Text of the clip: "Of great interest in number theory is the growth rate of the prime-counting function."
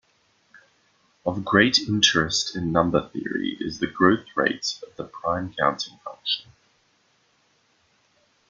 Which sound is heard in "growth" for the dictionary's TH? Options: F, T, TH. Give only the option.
TH